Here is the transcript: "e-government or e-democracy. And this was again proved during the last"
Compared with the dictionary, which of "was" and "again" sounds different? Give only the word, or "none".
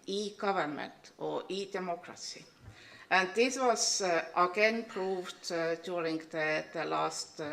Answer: was